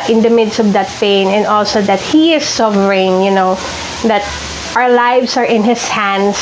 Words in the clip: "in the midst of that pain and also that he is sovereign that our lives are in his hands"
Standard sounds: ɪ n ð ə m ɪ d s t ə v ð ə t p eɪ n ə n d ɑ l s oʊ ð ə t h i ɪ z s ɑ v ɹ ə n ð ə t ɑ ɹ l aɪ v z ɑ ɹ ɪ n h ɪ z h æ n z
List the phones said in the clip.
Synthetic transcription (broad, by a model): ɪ n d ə m ɪ d s t ə v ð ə t p eɪ n ə n d ɑ l s oʊ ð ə t h i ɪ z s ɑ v ɹ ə n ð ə t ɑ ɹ l aɪ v s ɑ ɹ ɪ n h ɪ s h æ n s